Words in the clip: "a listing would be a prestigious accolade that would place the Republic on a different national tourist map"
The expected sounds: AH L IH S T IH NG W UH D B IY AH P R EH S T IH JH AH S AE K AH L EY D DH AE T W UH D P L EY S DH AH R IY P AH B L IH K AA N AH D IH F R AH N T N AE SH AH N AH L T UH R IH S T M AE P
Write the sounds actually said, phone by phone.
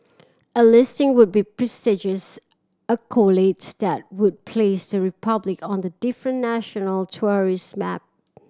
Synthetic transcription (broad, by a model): AH L IH S T IH NG W UH D B IY P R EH S T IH JH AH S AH K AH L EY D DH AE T W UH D P L EY S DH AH R IY P AH B L IH K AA N AH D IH F R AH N N AE SH AH N AH L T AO R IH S M AE P